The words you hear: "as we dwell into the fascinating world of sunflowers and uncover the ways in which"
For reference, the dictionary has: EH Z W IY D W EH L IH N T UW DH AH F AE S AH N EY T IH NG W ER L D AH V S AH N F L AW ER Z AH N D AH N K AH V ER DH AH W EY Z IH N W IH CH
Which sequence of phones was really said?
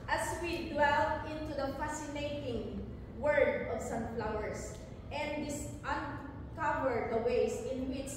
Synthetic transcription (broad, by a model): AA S W IY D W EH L IH N T UW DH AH F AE S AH N EY T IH NG W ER D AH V S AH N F L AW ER S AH N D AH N K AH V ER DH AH W EY S IH N W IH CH